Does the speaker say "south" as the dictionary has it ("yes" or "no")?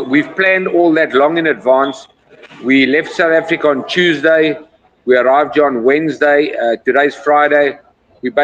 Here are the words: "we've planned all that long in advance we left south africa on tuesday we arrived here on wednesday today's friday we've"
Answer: yes